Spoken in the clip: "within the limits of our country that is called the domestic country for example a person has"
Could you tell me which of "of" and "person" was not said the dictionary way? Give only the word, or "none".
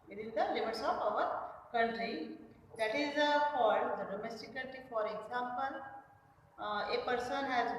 of